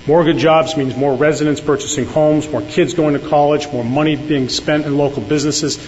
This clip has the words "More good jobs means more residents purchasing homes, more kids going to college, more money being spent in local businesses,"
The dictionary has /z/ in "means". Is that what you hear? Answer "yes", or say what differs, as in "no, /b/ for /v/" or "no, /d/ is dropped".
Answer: yes